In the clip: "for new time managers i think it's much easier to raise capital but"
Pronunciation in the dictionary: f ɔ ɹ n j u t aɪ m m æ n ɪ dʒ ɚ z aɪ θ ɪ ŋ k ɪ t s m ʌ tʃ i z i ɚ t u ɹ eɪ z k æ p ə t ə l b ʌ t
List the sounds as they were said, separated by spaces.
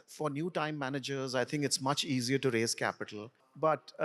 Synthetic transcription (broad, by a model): f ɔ ɹ n j u t aɪ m m æ n ɪ dʒ ɚ z aɪ t ɪ ŋ k ɪ t s m ʌ tʃ i z i ɚ t u ɹ eɪ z k æ p ə t ə l b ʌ t